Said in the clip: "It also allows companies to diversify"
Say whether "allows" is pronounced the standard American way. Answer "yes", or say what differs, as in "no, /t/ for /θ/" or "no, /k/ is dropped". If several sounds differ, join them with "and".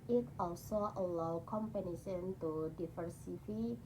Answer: no, /z/ is dropped